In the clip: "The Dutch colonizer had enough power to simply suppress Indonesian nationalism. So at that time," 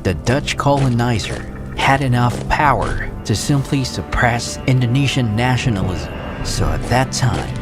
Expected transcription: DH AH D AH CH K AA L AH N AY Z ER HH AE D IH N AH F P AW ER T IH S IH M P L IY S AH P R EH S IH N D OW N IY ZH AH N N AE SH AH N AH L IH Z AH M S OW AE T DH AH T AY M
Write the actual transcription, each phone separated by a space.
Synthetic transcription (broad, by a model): DH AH D AH CH K AA L AH N AY Z ER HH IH D IH N AH F P AW ER T IH S IH M P L IY S AH P R EH S IH N D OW N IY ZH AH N N AE SH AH N L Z S OW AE T DH AH T AY M